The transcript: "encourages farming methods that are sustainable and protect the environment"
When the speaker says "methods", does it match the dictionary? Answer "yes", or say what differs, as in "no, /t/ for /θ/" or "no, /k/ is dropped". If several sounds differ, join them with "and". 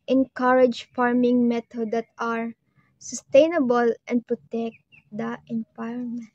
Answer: no, /t/ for /θ/